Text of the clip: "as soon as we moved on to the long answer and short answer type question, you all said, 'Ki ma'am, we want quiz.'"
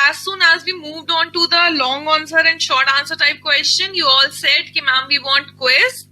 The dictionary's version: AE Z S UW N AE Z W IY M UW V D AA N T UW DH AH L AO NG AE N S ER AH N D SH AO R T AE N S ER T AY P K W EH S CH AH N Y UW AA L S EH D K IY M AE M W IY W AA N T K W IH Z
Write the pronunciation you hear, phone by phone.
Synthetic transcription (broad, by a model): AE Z S UW N AE Z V IY M UW V D AA N T UW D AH L AO NG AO N S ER AH N D SH AO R T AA N S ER T AY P K W EH S CH AH N Y UW AA L S EH D K IY M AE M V IY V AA N T K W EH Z